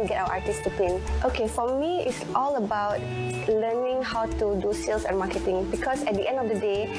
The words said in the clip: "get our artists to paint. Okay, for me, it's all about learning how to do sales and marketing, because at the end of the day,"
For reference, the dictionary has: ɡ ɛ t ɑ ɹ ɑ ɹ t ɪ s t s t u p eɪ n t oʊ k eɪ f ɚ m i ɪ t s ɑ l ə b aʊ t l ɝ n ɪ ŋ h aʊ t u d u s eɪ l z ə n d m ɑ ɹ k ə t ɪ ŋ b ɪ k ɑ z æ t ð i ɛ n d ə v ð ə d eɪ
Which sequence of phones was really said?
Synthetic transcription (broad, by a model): ɡ ɛ t ɑ w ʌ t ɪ t s t u p eɪ n t oʊ k eɪ f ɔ m i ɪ t s ɑ l ə b aʊ t l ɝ n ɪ ŋ h aʊ t u d u s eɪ l s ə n m ɑ k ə t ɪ ŋ b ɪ k ɑ s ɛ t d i ɛ n d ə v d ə d eɪ